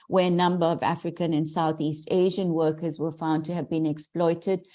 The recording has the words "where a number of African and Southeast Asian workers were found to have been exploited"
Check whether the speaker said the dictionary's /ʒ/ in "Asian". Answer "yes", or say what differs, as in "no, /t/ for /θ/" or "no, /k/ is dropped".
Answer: yes